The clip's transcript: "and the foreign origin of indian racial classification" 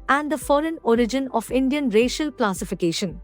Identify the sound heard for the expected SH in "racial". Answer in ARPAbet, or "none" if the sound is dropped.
SH